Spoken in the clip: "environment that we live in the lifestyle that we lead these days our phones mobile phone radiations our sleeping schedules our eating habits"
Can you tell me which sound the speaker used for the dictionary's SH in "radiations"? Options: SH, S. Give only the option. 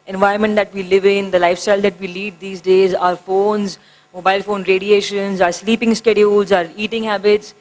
SH